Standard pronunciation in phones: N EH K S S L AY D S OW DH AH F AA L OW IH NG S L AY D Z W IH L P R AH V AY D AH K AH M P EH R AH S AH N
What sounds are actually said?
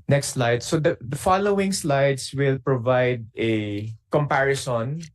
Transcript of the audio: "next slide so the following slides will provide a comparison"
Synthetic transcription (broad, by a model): N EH K S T L AY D S OW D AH F AA L OW IH NG S L AY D S W IH L P R AH V AY D AH K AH M P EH R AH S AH N